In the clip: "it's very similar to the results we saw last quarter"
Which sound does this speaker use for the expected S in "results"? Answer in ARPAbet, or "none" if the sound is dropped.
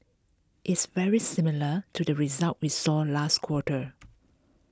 none